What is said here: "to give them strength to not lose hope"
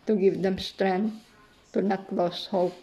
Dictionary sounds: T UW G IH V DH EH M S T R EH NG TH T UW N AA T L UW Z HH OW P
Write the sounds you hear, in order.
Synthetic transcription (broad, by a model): T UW G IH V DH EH M S T R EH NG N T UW N AA T L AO S HH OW P